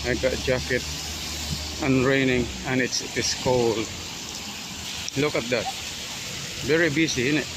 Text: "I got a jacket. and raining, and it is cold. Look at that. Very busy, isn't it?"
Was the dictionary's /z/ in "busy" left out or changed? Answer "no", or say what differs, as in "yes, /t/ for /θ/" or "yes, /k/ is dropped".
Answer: yes, /s/ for /z/